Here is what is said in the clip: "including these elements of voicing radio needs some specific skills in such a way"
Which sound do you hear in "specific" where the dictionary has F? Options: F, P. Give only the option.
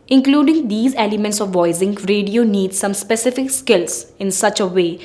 F